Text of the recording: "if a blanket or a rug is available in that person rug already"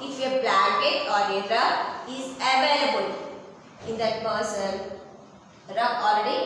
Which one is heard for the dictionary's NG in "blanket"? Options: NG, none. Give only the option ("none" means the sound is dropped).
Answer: none